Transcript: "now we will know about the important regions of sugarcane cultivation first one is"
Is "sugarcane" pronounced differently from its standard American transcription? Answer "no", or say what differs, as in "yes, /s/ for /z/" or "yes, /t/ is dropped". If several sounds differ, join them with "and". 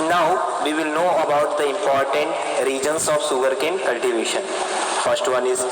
yes, /s/ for /ʃ/